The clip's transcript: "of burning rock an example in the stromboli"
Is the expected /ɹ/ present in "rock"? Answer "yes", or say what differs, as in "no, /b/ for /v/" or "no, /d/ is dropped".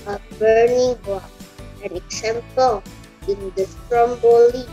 no, /w/ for /ɹ/